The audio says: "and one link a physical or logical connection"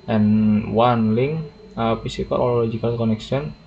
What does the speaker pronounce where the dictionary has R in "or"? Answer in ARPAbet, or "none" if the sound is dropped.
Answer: L